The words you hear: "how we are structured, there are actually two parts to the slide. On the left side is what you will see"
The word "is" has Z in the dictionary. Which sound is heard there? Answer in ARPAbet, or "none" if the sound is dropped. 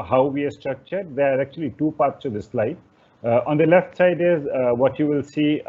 Z